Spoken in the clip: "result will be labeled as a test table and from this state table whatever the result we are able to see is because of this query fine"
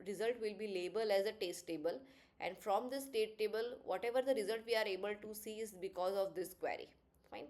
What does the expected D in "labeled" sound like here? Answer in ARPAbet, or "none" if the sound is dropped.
none